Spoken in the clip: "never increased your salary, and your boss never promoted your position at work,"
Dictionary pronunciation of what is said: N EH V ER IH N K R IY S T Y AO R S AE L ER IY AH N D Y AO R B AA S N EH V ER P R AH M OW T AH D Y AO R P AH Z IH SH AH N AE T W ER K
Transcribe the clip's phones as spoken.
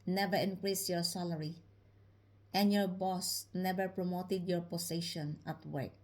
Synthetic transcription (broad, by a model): N EH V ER IH N K R IY S T Y AO R S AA L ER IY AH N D Y AO R B AA S N EH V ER P R AH M OW T AH D Y AO R P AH S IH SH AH N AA T W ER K